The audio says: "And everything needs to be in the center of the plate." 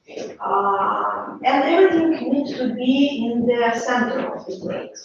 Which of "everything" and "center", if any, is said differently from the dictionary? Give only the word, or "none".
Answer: everything